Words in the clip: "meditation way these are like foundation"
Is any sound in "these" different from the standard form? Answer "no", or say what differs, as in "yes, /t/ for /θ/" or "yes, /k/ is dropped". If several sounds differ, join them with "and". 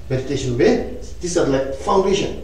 yes, /s/ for /z/